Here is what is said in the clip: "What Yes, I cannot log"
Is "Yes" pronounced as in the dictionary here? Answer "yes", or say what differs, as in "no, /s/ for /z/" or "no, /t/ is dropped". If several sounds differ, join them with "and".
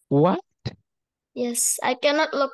yes